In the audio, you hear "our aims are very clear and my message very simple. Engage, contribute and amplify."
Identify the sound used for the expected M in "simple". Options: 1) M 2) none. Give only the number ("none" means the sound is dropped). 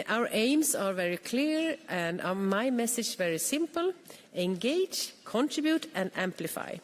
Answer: 1